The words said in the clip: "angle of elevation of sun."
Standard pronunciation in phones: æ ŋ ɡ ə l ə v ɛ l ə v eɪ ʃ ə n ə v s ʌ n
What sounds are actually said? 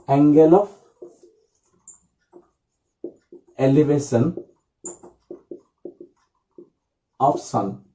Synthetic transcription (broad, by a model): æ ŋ ɡ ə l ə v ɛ l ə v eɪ s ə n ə f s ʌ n